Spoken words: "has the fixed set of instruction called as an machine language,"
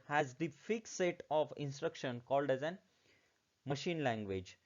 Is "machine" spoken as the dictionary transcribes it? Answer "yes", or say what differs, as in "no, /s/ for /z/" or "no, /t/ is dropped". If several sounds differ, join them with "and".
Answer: yes